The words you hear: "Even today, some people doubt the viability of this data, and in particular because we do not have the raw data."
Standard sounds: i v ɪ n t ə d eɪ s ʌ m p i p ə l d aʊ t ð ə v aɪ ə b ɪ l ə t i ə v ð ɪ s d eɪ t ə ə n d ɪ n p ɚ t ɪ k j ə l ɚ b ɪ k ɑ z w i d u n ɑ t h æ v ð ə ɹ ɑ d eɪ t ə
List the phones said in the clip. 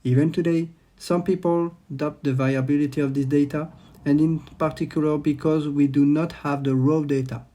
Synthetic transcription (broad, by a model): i v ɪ n t ə d eɪ s ʌ m p i p ə l d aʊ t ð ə v aɪ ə b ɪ l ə t i ə v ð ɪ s d eɪ t ə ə n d ɪ n p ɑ t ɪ k j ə l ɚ b ɪ k ɑ z w i d u n ɑ t h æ v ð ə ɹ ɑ d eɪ t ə